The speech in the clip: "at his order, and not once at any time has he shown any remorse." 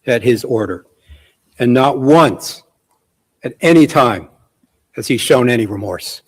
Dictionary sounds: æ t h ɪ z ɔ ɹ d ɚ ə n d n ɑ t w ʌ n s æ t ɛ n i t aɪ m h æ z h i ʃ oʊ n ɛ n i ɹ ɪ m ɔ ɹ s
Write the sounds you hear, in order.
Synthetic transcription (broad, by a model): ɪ t h ɪ z ɔ ɹ d ɚ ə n n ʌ t w ʌ n s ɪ t ɛ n i t aɪ m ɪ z i ʃ oʊ n ɛ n i ɹ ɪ m ɔ ɹ s